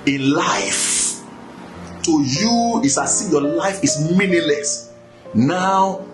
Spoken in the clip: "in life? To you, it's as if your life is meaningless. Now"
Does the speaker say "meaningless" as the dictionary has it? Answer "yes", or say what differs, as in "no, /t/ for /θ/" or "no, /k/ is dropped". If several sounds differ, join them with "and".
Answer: no, /ŋ/ is dropped